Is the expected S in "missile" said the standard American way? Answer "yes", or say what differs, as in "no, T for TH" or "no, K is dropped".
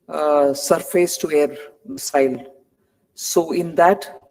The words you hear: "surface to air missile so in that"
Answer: no, S is dropped